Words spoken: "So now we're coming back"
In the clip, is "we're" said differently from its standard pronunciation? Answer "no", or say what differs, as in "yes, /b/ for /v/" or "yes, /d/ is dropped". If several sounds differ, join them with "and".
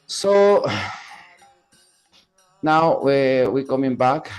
yes, /w/ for /ɹ/